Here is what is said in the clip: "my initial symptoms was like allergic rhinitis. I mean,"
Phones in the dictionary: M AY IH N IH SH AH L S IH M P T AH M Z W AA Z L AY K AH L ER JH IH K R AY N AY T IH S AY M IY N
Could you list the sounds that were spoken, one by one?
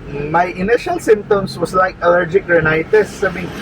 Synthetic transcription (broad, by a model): M AY IH N IH SH AH L S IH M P T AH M S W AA S L AY K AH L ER JH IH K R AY N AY T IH S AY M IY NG